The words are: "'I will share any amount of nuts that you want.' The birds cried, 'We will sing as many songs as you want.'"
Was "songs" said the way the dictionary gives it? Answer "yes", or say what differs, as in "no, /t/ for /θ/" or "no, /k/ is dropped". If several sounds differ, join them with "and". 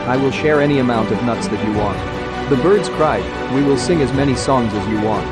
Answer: yes